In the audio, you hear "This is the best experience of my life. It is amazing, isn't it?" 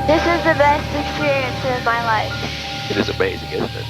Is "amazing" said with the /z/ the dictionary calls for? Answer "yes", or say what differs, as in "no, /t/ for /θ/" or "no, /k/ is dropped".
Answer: yes